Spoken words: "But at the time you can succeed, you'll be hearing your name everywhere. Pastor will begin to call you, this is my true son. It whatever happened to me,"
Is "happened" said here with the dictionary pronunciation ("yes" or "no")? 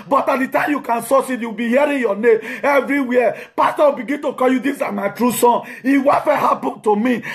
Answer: no